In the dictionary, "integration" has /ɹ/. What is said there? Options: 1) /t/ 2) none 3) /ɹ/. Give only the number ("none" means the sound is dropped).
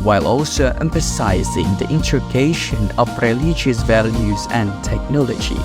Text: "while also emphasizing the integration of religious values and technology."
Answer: 2